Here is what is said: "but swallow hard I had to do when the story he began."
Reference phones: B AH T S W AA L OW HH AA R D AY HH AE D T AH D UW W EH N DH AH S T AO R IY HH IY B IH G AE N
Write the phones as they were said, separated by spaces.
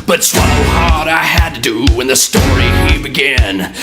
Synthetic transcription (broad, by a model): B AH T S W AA N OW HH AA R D AY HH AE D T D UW W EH N DH AH S T AO R IY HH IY B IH G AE N